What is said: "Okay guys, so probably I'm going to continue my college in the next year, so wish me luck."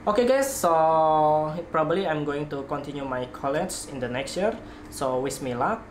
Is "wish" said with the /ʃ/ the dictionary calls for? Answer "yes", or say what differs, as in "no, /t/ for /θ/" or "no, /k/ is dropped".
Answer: no, /s/ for /ʃ/